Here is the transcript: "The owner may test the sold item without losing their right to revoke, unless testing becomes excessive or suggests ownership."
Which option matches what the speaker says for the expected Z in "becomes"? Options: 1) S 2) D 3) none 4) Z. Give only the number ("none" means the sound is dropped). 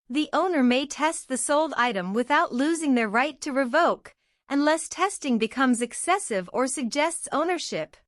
4